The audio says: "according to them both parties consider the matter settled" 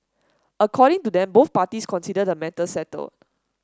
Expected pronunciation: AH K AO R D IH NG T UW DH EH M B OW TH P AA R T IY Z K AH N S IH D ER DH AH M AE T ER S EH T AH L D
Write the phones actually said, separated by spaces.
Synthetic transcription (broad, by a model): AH K AO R D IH NG T UW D EH M B OW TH P AA T IY S K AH N S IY D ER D AH M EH T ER S EH T AH L